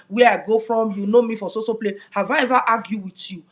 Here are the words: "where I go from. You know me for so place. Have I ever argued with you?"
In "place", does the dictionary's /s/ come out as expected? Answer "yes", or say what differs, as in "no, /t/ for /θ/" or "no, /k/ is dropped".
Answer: no, /s/ is dropped